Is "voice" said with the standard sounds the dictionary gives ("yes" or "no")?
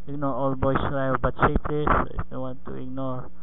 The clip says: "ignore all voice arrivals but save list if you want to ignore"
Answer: no